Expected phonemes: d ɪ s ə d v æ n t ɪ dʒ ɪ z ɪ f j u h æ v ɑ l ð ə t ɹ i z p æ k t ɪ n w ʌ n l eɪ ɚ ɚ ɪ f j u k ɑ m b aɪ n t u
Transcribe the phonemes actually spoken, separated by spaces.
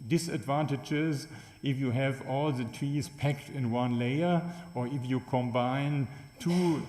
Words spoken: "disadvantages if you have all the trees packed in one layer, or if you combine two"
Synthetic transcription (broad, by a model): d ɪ s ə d v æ n t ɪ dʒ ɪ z ɪ f j u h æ v ɑ l ð ə t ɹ i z p æ k t ɪ n w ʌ n l eɪ ɚ ɚ ɪ f j u k ɑ m b aɪ n t u